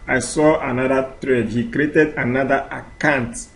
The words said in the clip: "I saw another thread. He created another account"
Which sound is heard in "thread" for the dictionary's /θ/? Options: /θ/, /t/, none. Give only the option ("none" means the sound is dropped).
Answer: /t/